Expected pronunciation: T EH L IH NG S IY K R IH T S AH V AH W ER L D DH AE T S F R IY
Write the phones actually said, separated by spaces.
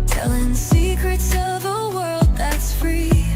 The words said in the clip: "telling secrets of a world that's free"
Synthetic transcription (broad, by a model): T EH L IH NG S IY K R IH T S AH V AH W ER L D DH AE T S F R IY